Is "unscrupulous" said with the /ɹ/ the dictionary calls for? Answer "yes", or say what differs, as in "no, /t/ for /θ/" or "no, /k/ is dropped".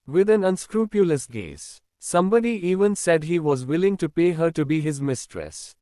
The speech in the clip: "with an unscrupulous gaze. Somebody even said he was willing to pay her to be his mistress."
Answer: yes